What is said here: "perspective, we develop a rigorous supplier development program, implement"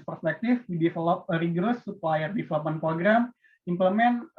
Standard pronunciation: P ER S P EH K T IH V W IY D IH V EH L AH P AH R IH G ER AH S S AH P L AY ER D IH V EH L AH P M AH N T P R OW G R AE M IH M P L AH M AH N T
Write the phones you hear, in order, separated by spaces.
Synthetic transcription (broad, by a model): P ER S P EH K T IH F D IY D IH F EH L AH P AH R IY G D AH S S AH P L AY ER D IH F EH L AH P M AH N P R OW G R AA M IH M P L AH M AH N